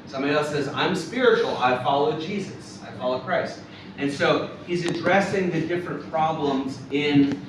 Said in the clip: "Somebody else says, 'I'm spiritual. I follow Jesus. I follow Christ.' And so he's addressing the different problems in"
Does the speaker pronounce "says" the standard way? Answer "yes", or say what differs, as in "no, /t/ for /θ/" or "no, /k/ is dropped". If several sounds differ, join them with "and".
yes